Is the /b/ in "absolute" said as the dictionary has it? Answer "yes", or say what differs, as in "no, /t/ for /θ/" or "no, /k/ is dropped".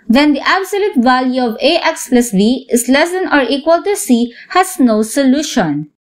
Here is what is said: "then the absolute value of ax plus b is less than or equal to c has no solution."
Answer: yes